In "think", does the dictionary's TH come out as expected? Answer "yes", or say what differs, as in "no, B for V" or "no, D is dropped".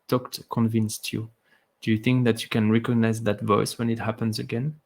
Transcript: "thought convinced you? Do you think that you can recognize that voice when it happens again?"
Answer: yes